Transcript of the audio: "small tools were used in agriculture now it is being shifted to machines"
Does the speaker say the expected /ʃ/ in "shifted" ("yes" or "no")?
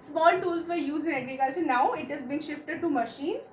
yes